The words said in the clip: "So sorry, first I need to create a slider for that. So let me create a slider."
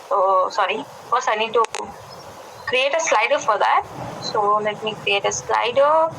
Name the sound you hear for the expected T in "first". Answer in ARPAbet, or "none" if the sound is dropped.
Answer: none